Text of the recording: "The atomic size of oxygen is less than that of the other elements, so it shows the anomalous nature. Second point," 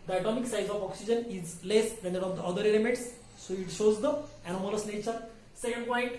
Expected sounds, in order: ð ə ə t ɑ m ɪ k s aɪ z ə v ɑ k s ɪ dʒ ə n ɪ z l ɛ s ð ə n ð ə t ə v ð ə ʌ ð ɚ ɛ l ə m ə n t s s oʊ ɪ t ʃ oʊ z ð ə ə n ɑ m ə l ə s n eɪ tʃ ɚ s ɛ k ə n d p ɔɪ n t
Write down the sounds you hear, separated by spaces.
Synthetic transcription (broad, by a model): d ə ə t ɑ m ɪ k s aɪ z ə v ɑ k s ɪ dʒ ə n ɪ z l ɛ s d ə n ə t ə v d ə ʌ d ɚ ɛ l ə m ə t s s oʊ ɪ t ʃ oʊ z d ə ə n ɑ m ə l ə s n eɪ tʃ ɚ s ɛ k ə n d p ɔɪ n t